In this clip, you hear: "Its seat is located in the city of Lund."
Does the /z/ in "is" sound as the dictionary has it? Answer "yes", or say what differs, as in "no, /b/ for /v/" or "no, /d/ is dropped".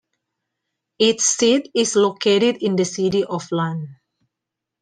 no, /s/ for /z/